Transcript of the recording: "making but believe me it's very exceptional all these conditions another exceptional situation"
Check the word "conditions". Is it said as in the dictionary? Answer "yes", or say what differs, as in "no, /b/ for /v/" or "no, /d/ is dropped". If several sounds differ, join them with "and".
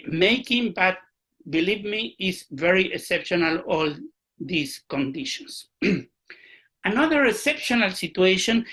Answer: no, /s/ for /z/